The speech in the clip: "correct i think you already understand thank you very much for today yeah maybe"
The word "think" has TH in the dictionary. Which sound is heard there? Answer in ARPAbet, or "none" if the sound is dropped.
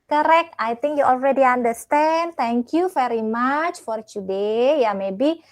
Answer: T